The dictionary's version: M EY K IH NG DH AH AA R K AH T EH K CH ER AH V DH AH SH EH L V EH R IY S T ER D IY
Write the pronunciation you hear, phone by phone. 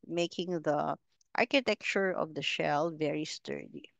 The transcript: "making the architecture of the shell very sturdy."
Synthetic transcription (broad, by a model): M EY K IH NG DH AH AA R K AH T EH K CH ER AH V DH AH SH EH L V EH R IY S T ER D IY